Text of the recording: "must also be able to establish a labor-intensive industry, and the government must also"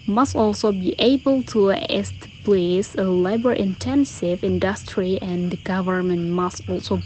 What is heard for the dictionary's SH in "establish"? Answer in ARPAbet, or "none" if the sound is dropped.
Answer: S